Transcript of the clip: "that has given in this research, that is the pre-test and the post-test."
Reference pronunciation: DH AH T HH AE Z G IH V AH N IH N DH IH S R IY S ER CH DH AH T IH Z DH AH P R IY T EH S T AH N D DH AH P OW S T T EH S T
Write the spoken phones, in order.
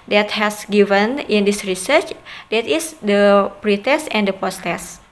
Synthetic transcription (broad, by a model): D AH T HH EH S G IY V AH N IH N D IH S R IY S ER CH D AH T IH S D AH P R IY T EH S T AH N D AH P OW S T T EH S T